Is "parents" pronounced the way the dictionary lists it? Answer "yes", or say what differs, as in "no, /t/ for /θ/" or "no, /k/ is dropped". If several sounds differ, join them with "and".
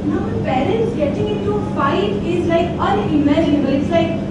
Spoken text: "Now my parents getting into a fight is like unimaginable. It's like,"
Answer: yes